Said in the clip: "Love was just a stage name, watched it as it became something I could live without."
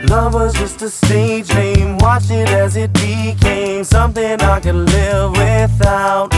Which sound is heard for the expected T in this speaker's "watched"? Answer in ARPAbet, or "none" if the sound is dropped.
none